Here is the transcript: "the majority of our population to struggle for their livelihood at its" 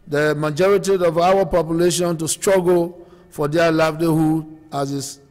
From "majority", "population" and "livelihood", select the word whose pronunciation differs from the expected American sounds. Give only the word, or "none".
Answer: livelihood